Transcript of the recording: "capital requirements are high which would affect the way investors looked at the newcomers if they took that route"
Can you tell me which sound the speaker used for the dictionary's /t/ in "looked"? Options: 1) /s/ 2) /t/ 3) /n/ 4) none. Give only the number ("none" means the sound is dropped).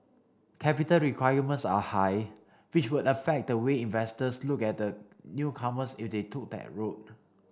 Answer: 4